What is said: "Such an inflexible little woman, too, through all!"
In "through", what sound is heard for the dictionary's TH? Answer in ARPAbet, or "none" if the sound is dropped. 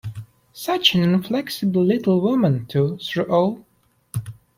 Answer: S